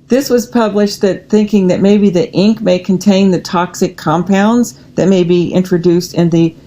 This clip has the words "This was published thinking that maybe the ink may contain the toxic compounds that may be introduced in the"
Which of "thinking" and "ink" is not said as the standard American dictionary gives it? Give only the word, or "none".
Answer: none